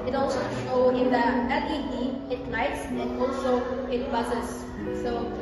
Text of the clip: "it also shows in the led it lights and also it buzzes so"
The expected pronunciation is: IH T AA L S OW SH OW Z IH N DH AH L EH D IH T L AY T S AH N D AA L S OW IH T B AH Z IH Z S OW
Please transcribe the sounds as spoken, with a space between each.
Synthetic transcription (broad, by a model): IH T AA L S OW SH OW IH N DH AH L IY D IH T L AY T S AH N AA L S OW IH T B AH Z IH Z S OW